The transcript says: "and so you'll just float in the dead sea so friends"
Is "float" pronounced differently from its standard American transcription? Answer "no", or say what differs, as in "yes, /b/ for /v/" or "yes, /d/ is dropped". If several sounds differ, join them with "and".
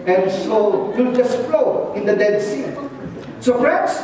yes, /t/ is dropped